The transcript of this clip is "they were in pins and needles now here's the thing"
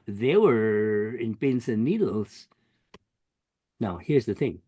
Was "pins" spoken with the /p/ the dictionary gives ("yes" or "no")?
no